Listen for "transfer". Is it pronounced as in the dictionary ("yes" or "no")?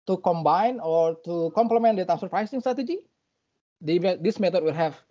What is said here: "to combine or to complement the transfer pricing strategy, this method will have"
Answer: no